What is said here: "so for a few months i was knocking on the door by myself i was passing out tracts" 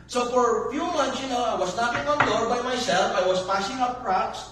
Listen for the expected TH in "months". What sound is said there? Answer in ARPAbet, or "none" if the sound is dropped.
T